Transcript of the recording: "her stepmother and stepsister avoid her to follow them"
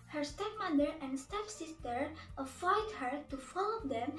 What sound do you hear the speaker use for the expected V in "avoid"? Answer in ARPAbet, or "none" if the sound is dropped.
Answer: F